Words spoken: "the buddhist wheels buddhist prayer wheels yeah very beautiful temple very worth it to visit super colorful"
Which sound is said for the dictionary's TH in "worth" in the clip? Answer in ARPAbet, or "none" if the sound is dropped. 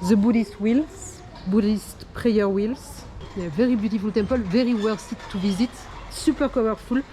S